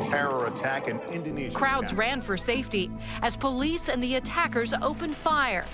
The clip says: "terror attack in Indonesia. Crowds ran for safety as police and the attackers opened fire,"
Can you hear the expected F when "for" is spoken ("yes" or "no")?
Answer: yes